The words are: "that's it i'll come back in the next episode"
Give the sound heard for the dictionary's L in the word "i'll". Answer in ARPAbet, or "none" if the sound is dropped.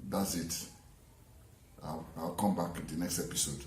W